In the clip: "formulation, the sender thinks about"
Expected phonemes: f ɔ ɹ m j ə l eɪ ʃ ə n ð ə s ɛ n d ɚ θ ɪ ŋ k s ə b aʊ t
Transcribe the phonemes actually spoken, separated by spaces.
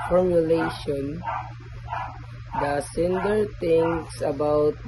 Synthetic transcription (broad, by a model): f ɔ ɹ m j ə l eɪ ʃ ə n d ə s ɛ n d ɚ t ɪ ŋ k s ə b aʊ t